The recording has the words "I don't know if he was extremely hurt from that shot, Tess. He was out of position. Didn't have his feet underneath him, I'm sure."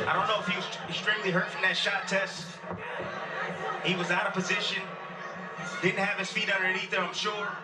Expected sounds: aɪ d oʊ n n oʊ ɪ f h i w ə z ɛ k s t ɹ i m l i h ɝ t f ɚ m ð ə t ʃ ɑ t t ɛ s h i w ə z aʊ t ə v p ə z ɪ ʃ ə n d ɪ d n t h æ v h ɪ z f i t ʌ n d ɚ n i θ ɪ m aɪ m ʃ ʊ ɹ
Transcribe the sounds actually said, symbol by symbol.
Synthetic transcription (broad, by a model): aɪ d oʊ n n oʊ ɪ f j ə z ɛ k s t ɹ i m l i h ɝ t f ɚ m ð ə t ʃ ɑ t t ɛ s h i w ə z aʊ t ə v p ə z ɪ ʃ ə n d ɪ d n t h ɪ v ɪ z f i t ʌ n d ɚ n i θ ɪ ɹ aɪ m ʃ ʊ ɹ